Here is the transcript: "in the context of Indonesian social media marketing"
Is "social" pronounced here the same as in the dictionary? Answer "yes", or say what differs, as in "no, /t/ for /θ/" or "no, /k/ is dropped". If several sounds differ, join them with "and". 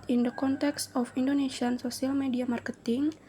no, /s/ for /ʃ/